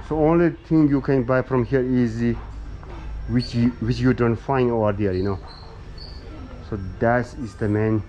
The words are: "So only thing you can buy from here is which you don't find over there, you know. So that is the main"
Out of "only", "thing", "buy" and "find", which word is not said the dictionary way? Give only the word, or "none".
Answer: thing